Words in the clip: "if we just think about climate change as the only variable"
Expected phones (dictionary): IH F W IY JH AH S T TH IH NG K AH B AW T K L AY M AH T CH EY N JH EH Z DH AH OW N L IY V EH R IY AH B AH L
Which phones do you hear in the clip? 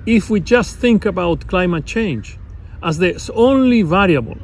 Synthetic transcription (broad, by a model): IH F W IY JH AH S T TH IH NG K AH B AW T K L AY M AH T CH EY N JH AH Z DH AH OW N L IY V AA R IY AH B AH L